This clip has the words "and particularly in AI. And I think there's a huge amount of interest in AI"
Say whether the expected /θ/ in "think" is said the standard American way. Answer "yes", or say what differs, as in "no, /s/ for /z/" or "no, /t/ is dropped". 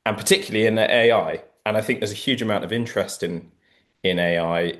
yes